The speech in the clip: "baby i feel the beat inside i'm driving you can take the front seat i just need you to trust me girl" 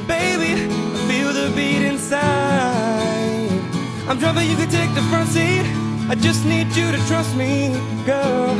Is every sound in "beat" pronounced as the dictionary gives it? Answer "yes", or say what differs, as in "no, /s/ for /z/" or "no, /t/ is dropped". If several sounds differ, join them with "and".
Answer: yes